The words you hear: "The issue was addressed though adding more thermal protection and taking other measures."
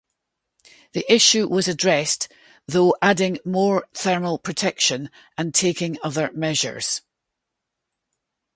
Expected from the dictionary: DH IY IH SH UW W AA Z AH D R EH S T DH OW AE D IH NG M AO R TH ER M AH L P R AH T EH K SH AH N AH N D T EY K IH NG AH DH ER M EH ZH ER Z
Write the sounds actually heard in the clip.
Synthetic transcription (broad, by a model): DH IY IH SH UW W AA Z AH D R EH S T DH OW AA D IH NG M AO R TH ER M AH L P R AH T EH K SH AH N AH N T EY K IH NG AH DH ER M EH ZH ER Z